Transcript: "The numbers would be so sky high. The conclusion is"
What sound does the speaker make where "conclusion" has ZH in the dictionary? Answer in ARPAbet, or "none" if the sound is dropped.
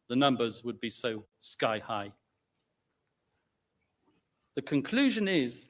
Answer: ZH